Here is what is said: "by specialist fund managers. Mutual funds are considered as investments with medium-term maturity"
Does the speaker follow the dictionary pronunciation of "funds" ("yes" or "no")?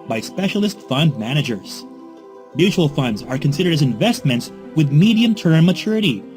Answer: yes